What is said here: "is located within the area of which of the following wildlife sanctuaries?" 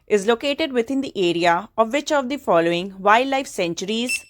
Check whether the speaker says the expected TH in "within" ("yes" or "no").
no